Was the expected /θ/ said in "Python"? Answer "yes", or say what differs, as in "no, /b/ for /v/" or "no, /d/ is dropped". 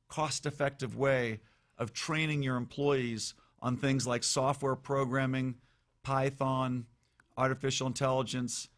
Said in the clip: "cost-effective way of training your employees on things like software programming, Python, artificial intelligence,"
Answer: yes